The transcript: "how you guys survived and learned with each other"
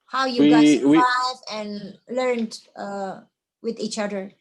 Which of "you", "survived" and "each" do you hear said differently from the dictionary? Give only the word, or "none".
survived